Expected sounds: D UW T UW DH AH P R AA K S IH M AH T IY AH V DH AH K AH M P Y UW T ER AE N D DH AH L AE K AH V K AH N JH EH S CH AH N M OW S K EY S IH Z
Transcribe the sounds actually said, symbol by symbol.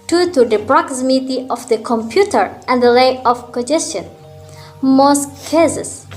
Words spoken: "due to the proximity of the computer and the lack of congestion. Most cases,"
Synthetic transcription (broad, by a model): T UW T UW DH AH P R AA K S IH M AH T IY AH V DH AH K AH M P Y UW T ER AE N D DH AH L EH AH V K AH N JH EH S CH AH N M OW S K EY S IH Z